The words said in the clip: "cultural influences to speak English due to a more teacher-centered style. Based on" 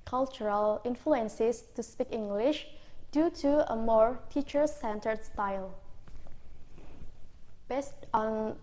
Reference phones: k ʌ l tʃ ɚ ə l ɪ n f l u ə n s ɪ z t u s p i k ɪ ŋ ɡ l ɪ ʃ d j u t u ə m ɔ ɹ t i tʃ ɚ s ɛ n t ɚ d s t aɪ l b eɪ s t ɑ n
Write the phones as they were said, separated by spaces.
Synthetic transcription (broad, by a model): k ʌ l tʃ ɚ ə l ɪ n f l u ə n s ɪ s t u s p i k ɪ ŋ ɡ l ɪ ʃ d j u t u ə m ɔ ɹ t i tʃ ɚ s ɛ n t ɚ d s t aɪ l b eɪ s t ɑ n